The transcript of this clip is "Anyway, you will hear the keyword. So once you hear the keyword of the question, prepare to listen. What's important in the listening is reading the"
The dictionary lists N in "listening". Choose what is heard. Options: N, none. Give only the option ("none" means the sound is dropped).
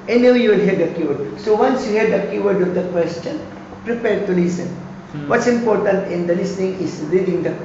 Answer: N